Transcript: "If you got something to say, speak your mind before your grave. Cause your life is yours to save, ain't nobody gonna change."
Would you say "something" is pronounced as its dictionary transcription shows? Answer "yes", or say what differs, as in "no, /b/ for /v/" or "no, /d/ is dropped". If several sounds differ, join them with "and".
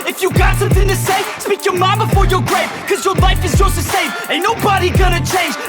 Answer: yes